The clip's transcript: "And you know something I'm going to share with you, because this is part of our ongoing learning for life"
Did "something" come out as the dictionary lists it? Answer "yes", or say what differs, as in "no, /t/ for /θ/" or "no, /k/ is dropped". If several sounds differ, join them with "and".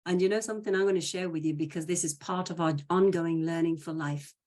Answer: yes